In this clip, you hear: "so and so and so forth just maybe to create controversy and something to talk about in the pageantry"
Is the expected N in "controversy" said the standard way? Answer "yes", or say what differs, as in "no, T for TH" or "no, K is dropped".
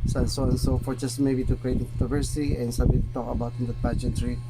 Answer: no, N is dropped